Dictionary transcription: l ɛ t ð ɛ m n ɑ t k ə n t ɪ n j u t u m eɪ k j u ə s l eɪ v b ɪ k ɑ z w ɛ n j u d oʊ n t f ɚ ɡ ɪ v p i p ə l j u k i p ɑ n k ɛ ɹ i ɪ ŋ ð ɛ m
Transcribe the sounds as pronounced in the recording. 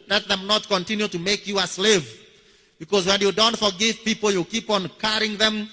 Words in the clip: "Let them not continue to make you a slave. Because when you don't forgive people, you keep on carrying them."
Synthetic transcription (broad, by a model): l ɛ t ð ɛ m n ɑ t k ə n t ɪ n j u t u m eɪ k j u ə s l eɪ v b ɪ k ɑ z w ɛ n j u d oʊ n t f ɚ ɡ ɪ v p i p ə l j u k i p ɑ n k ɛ ɹ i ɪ ŋ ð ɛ m